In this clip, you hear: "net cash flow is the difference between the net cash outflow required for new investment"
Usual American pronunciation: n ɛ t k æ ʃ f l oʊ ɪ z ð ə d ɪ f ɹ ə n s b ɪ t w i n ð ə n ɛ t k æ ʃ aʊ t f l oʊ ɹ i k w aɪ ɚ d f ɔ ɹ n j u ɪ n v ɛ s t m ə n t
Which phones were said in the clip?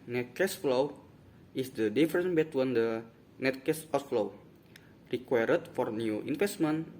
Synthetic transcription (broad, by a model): n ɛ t k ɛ s f l oʊ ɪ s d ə d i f ɹ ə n b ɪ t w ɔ n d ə n ɛ t k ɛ s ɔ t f l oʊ ɹ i k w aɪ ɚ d f ɔ ɹ n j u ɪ n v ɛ s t m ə n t